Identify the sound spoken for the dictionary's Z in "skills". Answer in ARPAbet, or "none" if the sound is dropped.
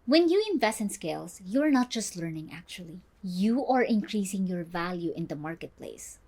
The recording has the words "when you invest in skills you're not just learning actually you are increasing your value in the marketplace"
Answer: S